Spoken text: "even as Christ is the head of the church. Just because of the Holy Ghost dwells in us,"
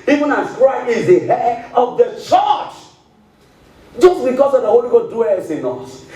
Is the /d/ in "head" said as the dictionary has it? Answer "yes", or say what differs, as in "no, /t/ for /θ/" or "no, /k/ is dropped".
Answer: no, /d/ is dropped